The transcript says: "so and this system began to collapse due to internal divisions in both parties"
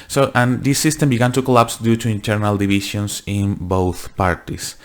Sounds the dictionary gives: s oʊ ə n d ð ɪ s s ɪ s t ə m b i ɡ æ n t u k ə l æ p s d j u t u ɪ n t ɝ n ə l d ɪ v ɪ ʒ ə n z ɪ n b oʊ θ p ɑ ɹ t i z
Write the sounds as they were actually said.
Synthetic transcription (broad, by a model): s oʊ ə n d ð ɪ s s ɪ s t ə m b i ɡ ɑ n t u k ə l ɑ p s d j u t u ɪ n t ɝ n ə l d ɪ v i ʃ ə n s ɪ n b oʊ θ p ɑ ɹ t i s